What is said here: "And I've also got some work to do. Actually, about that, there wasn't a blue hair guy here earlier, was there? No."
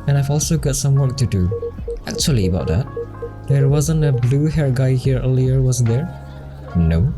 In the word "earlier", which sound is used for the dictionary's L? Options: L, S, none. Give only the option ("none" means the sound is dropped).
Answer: L